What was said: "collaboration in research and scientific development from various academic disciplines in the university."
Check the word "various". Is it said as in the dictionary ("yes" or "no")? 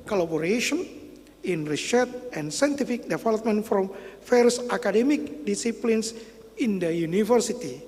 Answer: no